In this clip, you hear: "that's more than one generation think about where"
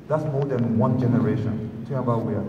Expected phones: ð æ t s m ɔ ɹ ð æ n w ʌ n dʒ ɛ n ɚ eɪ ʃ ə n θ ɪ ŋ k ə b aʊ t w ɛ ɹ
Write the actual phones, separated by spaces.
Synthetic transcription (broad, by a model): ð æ t s m ɔ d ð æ n w ʌ n dʒ ɛ n ɚ eɪ ʃ ə n t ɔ k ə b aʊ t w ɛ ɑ